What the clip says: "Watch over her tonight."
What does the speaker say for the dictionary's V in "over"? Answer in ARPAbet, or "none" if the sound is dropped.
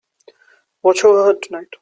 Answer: none